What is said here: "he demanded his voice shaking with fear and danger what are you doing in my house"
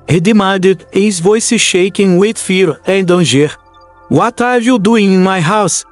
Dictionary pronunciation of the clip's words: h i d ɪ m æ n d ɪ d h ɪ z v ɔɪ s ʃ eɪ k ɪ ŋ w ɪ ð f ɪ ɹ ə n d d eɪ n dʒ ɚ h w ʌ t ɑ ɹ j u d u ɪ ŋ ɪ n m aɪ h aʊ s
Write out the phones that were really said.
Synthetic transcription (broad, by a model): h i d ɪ m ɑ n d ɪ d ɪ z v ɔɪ s ʃ eɪ k ɪ ŋ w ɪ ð f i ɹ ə n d d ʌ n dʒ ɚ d w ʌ t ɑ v j u d u ɪ ŋ ɪ n m aɪ h aʊ s